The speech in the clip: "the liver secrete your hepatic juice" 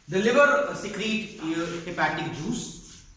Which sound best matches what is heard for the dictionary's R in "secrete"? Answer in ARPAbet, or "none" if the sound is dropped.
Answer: R